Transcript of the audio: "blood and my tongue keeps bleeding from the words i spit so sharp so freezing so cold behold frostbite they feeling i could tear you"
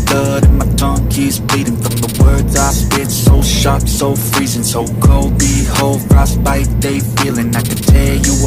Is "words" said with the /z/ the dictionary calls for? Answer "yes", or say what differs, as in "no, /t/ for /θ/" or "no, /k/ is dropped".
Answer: yes